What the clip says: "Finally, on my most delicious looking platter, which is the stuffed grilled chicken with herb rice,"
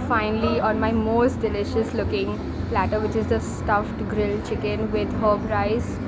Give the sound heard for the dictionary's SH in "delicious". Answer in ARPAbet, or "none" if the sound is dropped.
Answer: SH